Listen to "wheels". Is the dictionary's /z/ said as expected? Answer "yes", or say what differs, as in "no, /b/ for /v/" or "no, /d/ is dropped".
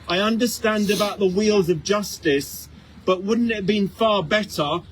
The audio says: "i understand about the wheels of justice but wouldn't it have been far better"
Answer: yes